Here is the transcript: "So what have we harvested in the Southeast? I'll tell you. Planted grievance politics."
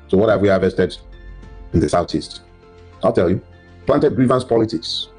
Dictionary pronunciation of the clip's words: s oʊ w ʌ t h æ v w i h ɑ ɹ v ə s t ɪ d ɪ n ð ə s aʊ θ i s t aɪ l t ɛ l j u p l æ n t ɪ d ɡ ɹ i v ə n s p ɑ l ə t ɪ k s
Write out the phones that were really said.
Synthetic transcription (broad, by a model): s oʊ w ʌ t h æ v w i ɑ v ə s t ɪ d ɪ n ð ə s aʊ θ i s t aɪ l t ɛ l j u p l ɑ n t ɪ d ɡ ɹ i v ə n s p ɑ l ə t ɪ k s